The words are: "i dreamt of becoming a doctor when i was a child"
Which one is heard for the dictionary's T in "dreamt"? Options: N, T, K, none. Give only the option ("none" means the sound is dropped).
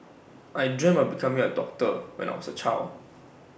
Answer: none